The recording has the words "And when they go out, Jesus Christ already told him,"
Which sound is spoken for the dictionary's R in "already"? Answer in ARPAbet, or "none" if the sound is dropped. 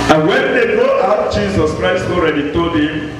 R